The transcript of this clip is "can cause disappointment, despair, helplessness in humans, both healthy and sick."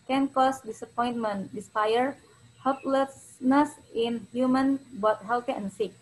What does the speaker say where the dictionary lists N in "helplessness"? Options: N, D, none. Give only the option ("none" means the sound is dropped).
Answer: N